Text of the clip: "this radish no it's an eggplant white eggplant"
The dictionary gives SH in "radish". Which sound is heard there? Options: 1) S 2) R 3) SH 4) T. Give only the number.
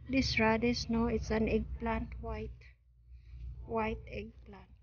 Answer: 1